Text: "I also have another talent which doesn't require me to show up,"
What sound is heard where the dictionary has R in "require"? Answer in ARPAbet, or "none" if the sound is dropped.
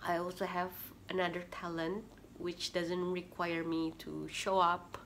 R